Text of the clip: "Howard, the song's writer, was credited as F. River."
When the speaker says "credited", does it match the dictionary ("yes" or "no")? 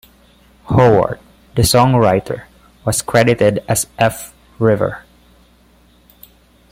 yes